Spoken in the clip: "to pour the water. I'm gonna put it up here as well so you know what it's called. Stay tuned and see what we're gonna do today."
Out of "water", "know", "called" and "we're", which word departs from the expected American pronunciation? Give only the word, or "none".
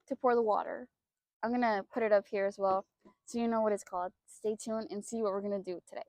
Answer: none